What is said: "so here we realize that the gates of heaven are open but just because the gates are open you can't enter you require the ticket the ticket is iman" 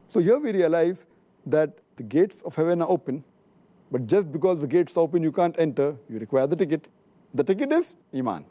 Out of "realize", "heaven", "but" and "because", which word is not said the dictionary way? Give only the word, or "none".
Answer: none